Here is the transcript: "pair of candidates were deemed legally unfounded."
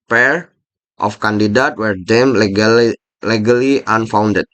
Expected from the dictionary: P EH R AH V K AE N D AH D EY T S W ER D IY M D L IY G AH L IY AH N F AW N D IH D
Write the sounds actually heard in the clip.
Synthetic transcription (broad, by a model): P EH R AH F K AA N D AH D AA T W ER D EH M L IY G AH L IY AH N F AW N D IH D